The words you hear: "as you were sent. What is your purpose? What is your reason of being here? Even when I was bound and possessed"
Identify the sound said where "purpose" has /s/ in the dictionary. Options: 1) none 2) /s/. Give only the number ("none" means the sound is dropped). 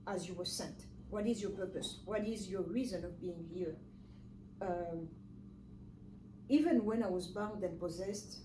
2